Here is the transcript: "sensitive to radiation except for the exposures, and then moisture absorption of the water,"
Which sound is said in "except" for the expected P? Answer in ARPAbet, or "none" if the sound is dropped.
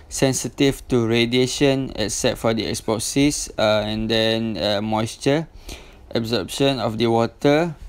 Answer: none